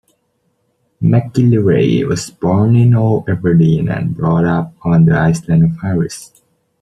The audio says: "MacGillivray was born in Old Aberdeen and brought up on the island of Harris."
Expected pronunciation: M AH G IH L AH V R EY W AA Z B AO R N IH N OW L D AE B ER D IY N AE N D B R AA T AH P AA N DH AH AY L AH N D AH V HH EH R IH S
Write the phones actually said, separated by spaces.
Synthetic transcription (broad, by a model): M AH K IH L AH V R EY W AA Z B AO R N IH N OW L EH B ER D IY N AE N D B R AA T AH P AA N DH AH AY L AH N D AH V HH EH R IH S